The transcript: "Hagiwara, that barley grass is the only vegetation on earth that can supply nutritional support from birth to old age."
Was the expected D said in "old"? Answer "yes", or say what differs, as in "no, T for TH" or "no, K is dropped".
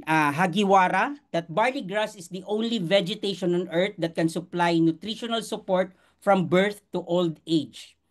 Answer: yes